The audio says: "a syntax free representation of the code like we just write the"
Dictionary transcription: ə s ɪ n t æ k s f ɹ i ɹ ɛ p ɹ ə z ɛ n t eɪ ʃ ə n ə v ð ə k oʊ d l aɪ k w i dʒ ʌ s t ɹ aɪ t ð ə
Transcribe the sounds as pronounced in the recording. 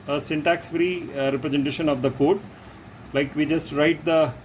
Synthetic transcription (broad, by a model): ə s ɪ n t æ k s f ɹ i ɹ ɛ p ɹ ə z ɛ n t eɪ ʃ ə n ə v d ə k oʊ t l aɪ k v i dʒ ʌ s t ɹ aɪ t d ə